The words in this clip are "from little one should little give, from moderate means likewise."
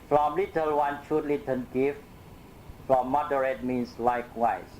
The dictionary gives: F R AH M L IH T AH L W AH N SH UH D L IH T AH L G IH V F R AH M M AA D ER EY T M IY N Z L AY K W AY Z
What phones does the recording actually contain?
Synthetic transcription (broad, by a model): F R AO M L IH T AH L W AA N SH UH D L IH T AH N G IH F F R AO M M AA D ER EY T M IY N S L AY K W AY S